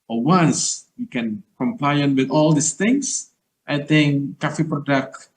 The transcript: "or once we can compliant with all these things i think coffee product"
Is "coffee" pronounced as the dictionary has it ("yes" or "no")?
yes